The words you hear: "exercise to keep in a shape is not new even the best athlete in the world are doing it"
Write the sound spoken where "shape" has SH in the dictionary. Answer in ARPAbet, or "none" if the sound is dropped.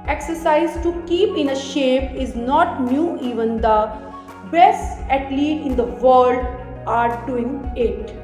SH